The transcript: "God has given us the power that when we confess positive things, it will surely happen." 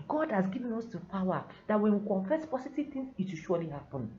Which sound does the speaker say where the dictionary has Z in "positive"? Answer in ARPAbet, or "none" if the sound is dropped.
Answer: S